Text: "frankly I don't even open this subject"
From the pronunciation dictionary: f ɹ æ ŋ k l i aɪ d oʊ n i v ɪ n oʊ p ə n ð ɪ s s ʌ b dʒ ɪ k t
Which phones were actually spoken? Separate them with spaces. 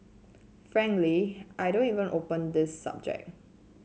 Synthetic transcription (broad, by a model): f ɹ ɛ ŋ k l i aɪ d oʊ n i v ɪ n oʊ p ə n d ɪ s s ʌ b dʒ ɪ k